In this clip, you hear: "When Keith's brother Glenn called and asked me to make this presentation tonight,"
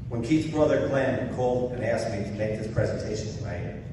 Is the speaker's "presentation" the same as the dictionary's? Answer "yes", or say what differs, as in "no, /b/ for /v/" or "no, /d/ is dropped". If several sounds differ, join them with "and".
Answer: yes